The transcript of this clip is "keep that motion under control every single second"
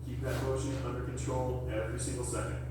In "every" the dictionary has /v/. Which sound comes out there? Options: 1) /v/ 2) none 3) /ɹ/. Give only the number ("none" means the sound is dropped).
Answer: 1